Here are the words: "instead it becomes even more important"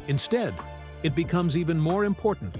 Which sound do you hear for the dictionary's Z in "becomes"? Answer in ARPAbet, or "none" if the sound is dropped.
Z